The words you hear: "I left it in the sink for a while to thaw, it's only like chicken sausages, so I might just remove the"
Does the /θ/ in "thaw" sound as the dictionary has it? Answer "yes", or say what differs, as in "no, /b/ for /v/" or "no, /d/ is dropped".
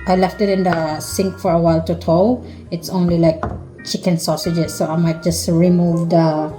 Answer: no, /t/ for /θ/